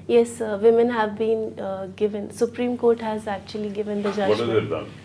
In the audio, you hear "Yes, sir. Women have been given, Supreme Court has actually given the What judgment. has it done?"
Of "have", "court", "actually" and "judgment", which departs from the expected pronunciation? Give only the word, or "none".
judgment